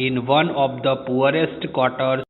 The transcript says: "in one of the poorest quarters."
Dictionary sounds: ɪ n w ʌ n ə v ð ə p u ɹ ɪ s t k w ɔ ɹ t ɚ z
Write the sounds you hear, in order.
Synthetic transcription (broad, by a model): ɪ n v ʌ n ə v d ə p u ɹ ɪ s t k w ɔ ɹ t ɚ